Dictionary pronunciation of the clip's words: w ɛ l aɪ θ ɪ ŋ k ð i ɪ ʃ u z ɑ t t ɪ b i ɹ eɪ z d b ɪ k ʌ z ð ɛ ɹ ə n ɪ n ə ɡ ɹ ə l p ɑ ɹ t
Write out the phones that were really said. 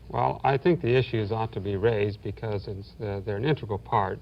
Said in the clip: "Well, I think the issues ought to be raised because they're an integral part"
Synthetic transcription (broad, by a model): w ɛ l aɪ θ ɪ ŋ k ð i ɪ ʃ u z ɑ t t ɪ b i ɹ eɪ z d b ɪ k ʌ z ð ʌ ɹ ə n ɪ n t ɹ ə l p ɑ ɹ t